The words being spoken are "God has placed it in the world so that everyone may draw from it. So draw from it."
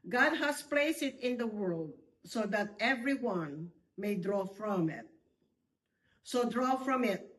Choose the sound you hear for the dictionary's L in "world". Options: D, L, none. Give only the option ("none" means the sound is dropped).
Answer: L